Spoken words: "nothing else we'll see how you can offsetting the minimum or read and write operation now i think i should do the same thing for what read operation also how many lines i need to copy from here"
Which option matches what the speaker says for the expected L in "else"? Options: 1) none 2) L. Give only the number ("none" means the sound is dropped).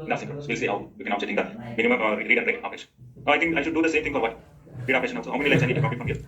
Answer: 1